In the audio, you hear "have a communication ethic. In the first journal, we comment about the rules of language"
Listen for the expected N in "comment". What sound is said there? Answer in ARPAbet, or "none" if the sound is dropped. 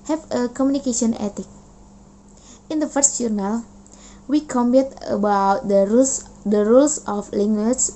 none